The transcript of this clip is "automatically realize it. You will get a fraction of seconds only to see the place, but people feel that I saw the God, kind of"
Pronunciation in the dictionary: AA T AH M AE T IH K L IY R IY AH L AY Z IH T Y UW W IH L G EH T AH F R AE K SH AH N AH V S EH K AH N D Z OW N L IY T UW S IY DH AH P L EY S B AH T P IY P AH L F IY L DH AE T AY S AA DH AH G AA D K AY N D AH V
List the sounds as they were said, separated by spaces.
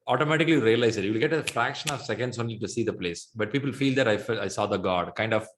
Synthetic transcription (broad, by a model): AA T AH M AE T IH K L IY R IY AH L AY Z IH T Y UW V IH L G EH T AH F R AE K SH AH N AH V S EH K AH N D S OW N L IY T UW S IY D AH P L EY S B AH T P IY P AH L F IY L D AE T AY S AA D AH G AA D K AY N D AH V